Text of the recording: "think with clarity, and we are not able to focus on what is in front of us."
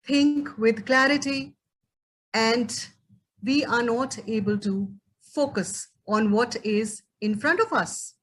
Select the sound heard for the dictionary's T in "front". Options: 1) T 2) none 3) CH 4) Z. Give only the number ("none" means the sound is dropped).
1